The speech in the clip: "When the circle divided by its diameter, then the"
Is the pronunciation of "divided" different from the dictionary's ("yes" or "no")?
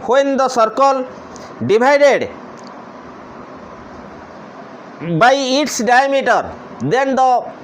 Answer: yes